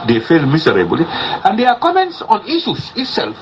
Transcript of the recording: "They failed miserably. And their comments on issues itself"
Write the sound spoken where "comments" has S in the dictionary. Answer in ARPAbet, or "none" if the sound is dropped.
S